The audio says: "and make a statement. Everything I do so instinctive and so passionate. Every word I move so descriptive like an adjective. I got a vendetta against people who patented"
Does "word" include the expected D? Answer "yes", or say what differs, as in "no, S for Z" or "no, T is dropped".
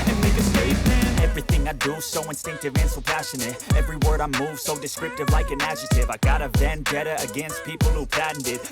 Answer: yes